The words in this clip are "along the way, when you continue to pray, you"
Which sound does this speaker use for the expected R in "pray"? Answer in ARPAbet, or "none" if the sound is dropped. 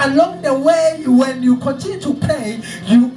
L